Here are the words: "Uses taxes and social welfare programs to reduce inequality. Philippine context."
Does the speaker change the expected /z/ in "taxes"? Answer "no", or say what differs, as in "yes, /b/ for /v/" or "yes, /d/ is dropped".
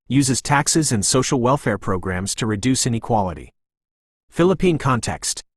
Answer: no